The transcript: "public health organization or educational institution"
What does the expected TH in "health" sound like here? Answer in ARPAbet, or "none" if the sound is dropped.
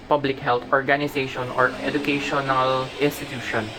T